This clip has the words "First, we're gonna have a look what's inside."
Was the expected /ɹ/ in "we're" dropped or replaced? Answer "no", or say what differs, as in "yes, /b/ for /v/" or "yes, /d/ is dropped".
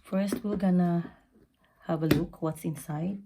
yes, /l/ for /ɹ/